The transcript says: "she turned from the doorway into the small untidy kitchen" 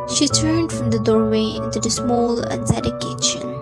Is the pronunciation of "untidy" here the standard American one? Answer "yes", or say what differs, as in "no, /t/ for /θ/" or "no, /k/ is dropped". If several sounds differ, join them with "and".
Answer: no, /s/ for /t/